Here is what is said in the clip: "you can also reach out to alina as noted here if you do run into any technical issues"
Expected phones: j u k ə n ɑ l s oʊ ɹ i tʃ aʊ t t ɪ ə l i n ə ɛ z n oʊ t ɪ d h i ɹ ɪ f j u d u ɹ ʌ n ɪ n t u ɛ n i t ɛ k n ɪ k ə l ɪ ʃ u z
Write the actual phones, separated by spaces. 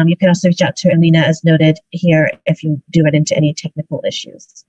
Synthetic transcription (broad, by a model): j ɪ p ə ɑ s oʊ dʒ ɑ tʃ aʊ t t ɪ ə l i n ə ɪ z n oʊ t ɪ d h i ɹ ɪ f j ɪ d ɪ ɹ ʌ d ɪ n t u ɛ n i t ɛ k n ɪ k l ɪ ʃ u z